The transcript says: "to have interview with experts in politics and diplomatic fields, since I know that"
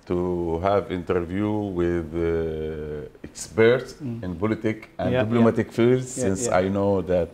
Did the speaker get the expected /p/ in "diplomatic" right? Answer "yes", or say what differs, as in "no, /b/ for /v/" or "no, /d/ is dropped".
no, /b/ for /p/